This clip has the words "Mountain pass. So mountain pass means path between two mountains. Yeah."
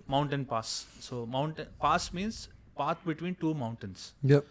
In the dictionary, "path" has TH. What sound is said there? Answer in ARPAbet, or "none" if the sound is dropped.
T